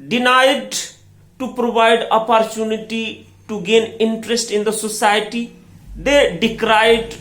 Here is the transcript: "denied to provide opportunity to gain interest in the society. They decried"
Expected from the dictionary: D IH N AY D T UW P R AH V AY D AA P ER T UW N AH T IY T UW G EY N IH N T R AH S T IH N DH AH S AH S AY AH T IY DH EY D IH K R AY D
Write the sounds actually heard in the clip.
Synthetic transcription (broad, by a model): D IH N AY D T UW P R AH V AY D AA P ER T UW N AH T IY T UW G EY N IH N T R AH S T IH N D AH S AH S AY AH T IY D EY D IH K R AY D